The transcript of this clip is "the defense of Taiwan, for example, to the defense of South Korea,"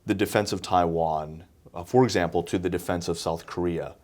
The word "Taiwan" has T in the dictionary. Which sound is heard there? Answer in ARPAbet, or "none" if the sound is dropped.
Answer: T